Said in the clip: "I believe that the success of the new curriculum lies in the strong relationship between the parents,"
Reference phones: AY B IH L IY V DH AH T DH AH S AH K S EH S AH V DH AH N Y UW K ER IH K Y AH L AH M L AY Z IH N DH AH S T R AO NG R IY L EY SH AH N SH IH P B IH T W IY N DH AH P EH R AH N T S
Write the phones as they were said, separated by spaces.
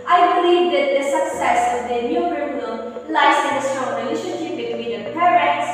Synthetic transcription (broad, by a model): AY B IH L IY V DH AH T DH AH S AH K S EH S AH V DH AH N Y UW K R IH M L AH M L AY S IH N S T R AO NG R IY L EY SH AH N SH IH B IH T W IY N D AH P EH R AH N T S